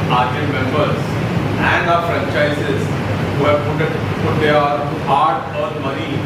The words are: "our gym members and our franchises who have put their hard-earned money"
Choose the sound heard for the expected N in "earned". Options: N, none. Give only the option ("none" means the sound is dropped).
none